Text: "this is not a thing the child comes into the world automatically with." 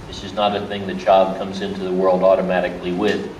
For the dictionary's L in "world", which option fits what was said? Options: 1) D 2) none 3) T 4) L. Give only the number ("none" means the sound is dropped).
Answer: 4